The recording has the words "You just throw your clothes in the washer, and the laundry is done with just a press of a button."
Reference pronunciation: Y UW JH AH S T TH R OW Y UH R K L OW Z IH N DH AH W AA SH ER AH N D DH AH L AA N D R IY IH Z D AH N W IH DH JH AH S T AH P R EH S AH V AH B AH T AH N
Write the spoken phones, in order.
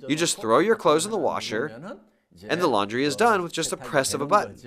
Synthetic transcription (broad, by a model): Y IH JH AH S T TH R OW Y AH R K L OW Z N DH AH W AA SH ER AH N DH AH L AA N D R IY IH Z D AH N W IH DH JH AH S T AH P R EH S AH V AH B AH T N